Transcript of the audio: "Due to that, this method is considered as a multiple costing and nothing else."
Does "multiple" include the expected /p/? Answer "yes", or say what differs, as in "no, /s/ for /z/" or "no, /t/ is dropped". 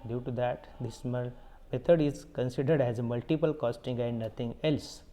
yes